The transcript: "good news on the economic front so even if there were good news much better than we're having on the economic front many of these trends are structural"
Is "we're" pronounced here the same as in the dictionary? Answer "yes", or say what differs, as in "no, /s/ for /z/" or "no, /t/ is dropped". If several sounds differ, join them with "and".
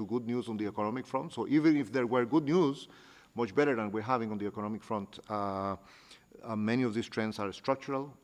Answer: yes